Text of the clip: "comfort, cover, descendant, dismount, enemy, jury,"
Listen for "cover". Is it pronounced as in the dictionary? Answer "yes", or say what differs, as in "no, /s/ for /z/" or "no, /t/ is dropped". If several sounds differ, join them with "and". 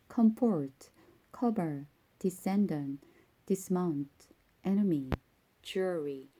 no, /b/ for /v/